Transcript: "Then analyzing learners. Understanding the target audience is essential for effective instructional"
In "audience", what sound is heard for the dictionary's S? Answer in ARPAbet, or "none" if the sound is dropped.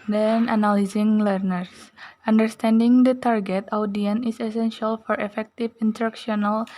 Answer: none